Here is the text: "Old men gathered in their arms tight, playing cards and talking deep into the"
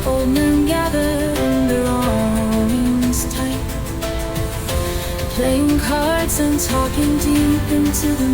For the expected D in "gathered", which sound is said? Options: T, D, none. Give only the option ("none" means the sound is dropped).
none